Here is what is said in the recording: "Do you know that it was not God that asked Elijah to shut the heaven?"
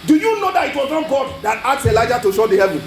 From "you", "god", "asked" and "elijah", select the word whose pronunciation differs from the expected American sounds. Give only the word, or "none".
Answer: asked